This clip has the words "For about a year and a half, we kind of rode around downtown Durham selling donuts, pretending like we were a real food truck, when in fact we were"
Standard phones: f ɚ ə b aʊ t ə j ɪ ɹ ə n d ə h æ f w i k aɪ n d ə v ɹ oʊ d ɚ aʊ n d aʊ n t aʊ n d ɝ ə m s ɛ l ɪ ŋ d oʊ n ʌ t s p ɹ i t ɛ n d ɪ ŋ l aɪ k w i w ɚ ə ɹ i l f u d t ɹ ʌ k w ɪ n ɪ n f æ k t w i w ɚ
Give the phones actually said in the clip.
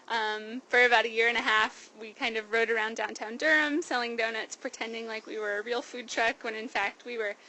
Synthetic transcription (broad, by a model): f ɚ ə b aʊ t ə j ɪ ɹ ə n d ə h æ f w i k aɪ n d ə v ɹ oʊ d ɚ aʊ n d aʊ n t aʊ n d ɝ ə m s ɛ l ɪ ŋ d oʊ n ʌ t s p ɹ i t ɛ n d ɪ ŋ l aɪ k w i w ɚ ə ɹ i l f u d t ɹ ʌ k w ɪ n ɪ n f æ k t w i w ɚ